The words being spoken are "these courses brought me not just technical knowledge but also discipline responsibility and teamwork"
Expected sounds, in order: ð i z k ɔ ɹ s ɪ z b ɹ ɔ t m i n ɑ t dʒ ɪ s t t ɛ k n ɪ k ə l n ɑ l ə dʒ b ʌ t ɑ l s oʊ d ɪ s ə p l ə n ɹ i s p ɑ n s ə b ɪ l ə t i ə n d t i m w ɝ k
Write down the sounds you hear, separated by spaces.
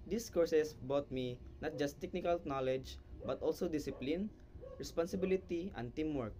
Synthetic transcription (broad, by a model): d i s k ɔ ɹ s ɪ s b ɔ t m i n ɑ t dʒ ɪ s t t ɛ k n ɪ k ə l n ɑ l ə dʒ b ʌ t ɑ l s oʊ d ɪ s ə p l ə n ɹ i s p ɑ n s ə b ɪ l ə t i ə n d t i m w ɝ k